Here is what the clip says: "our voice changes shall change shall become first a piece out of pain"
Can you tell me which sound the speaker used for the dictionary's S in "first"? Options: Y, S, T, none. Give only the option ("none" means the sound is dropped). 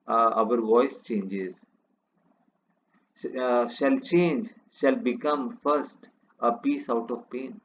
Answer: S